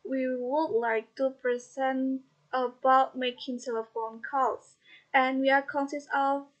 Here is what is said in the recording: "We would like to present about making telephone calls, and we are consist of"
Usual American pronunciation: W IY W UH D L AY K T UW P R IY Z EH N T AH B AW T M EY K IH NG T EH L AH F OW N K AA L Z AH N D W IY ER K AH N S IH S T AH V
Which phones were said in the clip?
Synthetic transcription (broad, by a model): W IY W UH D L AY K T UW P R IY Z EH N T AH B AW T M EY K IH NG S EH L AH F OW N K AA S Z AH N W IY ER K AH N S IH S AH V